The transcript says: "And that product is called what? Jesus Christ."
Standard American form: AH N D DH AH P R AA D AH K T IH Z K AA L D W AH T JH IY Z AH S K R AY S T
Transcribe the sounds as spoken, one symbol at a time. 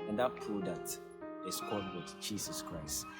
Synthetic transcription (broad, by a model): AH N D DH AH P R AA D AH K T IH S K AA D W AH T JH IY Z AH S K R AY S T